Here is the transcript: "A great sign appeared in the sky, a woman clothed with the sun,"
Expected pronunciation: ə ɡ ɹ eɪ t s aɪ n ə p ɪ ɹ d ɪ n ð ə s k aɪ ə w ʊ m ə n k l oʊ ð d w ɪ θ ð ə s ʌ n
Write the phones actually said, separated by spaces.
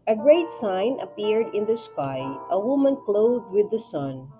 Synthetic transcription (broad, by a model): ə ɡ ɹ eɪ t s aɪ n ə p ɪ ɹ d ɪ n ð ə s k aɪ ə w ʊ m ə n k l oʊ ð d w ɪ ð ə s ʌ n